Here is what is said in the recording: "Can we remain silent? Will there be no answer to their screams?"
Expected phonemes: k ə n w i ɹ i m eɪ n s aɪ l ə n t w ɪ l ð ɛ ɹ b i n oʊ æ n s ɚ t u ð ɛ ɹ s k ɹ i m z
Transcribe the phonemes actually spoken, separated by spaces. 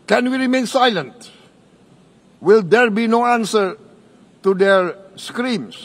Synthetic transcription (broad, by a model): k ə n w i ɹ i m eɪ n s aɪ l ə n t w ɪ l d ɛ ɹ b i n oʊ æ n s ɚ t u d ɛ ɹ s k ɹ i m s